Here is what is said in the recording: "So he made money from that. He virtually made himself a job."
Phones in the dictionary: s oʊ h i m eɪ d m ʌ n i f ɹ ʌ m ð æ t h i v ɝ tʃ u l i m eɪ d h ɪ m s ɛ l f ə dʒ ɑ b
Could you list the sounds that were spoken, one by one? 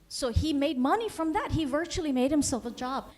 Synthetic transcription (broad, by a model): s oʊ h i m eɪ d m ʌ n i f ɹ ʌ m ð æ t h i v ɝ tʃ u l i m eɪ d h ɪ m s ɛ l f ə dʒ ɑ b